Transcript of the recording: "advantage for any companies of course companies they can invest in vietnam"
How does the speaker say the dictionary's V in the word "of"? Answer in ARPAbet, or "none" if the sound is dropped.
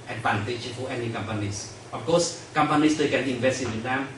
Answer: F